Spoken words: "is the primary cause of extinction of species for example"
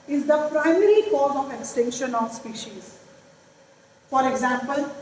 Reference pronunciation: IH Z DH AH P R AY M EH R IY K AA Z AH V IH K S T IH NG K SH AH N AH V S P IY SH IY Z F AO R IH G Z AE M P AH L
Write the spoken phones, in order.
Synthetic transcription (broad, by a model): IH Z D AH P R AY M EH R IY K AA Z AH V IH K S T IH NG K SH AH N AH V S P IY SH IY Z F AO R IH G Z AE M P AH L